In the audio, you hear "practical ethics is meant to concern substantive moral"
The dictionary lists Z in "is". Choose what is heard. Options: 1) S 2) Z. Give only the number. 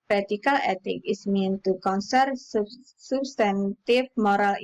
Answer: 1